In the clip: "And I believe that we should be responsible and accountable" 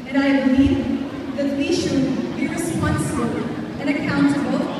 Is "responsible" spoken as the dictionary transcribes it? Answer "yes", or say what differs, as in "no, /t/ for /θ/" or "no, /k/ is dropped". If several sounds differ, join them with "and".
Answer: no, /b/ is dropped